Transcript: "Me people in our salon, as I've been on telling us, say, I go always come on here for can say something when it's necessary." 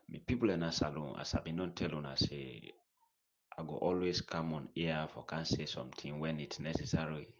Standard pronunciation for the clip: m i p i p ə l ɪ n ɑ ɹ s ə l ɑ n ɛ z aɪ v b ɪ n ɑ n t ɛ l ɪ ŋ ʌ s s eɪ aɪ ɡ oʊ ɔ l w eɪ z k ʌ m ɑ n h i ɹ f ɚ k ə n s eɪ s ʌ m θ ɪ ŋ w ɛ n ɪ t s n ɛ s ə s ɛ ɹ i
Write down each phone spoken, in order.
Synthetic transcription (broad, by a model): m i p i p ə l ɪ n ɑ s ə l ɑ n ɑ s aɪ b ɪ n ɑ n t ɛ l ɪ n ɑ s s eɪ aɪ ɡ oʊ ɔ l w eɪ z k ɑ m ɑ n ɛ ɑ f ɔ k ə n s eɪ s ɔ m t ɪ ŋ w ɛ n ɪ t s n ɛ s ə s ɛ ɹ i